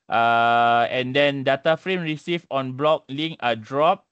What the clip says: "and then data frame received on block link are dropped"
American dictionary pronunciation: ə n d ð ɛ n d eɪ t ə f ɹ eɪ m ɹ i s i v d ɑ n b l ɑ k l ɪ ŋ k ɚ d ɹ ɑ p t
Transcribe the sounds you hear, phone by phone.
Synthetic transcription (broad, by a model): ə n d ɛ n d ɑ t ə f ɹ eɪ m ɹ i s i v ɑ n b l ɑ k l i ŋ ɚ d ɹ ɑ p